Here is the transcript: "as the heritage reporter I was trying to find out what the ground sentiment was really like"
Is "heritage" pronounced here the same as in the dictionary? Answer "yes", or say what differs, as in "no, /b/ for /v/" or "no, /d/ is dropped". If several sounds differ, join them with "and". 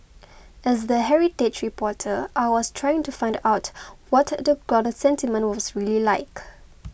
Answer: no, /tʃ/ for /dʒ/